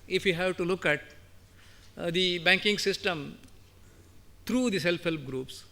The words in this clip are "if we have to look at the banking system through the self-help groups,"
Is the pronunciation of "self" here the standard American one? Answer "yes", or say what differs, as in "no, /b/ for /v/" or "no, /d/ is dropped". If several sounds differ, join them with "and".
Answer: no, /p/ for /f/